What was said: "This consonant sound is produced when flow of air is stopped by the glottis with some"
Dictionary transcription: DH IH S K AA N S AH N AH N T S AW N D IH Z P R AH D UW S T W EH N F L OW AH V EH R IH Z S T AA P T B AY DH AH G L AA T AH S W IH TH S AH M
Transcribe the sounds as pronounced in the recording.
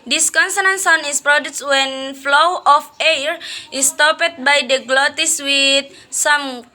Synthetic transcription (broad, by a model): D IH S K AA N S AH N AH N S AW N IH S P R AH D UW S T W EH N F L OW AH F EH R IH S T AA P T B AY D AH G L AA T AH S W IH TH S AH M